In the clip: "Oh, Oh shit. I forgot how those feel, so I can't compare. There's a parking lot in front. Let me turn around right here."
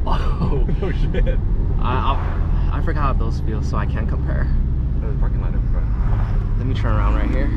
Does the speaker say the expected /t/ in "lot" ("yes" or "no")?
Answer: no